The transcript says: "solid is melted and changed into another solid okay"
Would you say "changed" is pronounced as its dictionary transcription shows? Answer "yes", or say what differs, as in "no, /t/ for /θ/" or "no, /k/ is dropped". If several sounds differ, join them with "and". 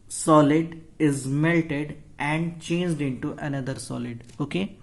yes